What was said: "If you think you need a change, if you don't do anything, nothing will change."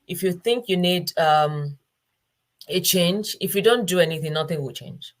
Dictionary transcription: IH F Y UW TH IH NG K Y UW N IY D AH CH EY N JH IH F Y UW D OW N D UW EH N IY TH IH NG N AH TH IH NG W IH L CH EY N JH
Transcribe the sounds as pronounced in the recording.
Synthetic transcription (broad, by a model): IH F Y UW TH IH NG K Y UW N IY D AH CH EY N JH IH F Y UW D OW N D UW EH N IY TH IH NG N AH TH IH NG W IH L CH EY N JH